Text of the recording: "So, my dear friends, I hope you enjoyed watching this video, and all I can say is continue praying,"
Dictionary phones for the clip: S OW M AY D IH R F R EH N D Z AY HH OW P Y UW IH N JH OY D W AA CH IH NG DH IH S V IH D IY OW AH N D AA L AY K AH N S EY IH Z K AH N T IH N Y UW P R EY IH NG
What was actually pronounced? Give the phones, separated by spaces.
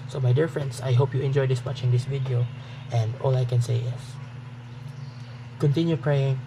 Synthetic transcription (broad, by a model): S OW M AY D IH R F R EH N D S AY HH OW P Y UW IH N JH OY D W AA CH IH NG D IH S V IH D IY OW AH N D AA L AY K AH N S EY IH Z K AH N T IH N Y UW P R EY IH NG